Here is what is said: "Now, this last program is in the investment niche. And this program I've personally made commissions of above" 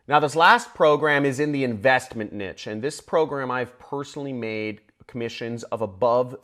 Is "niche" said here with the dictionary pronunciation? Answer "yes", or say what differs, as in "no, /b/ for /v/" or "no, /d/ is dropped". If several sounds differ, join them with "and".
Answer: yes